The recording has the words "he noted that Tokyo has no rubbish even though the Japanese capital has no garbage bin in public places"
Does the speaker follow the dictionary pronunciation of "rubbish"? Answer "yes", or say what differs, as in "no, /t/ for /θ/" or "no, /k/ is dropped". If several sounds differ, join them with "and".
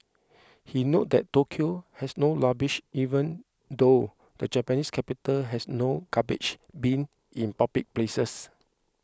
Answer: no, /l/ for /ɹ/